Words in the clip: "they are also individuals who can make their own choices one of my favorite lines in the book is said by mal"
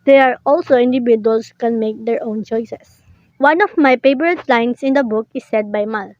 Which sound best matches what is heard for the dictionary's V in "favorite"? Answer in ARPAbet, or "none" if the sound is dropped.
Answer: P